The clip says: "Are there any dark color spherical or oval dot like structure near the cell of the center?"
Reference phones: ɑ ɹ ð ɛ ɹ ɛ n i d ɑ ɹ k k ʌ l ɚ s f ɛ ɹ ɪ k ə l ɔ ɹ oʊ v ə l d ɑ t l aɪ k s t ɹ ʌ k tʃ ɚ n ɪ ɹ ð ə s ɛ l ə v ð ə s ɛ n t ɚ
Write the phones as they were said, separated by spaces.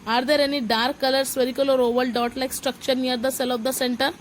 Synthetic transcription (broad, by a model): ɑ ɹ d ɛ ɹ ɛ n i d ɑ ɹ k k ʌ l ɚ s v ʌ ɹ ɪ k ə l ɔ ɹ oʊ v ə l d ɑ t l aɪ k s t ɹ ʌ k tʃ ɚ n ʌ ɹ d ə s ɛ l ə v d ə s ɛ n t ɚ